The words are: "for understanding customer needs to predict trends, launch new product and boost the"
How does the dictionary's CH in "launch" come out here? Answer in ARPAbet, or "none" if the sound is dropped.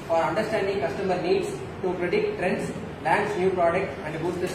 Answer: S